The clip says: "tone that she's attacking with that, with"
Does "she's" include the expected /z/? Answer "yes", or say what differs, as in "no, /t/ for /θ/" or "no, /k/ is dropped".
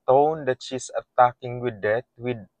no, /s/ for /z/